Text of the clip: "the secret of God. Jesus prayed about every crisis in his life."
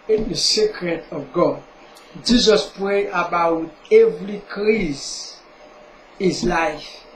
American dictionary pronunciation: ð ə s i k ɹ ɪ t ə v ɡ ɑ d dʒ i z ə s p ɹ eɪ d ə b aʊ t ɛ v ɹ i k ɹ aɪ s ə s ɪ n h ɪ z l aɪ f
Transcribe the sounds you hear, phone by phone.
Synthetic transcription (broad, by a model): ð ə s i k ɹ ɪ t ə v ɡ ɑ d dʒ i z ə s p ɹ eɪ ə b aʊ t ɛ v ɹ i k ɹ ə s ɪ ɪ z l aɪ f